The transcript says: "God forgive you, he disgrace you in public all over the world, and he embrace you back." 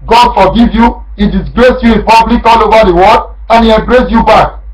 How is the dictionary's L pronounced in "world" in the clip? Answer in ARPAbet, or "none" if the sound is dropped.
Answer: none